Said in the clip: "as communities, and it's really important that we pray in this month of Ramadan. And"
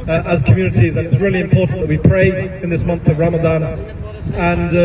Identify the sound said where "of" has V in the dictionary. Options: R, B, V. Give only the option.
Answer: V